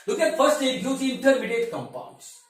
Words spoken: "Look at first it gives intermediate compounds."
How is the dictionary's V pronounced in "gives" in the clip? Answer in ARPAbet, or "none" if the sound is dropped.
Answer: none